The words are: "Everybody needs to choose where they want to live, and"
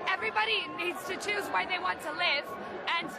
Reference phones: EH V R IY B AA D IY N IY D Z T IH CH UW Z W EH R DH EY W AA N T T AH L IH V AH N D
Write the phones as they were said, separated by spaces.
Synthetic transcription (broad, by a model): EH V R IY B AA D IY N IY D Z T IH CH UW Z W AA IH DH EY W AA N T T AH L IH V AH N